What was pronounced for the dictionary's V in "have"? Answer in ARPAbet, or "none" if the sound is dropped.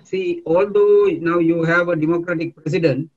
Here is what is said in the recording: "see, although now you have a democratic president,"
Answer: V